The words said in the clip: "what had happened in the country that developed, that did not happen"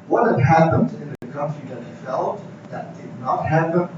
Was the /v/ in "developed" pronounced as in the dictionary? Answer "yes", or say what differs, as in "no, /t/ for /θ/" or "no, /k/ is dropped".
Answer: no, /f/ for /v/